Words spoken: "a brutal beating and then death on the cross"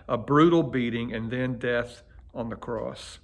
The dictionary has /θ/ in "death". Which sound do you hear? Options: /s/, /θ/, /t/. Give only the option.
/θ/